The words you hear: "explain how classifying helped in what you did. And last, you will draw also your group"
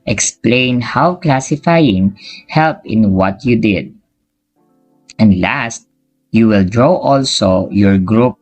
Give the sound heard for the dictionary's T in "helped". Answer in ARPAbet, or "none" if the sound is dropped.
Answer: none